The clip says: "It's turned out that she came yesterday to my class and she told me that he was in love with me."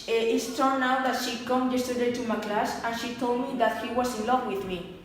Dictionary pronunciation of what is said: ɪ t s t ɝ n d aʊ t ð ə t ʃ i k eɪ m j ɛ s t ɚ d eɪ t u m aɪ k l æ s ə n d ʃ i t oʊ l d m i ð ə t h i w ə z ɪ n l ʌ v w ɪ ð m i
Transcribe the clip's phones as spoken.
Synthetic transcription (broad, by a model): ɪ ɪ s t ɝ n aʊ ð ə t ʃ i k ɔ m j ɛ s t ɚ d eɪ t u m aɪ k l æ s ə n ʃ i t oʊ l d m i ð ə t h i w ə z ɪ n l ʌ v w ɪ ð m i